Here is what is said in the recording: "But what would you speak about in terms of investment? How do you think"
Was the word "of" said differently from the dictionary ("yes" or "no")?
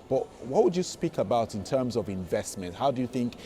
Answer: no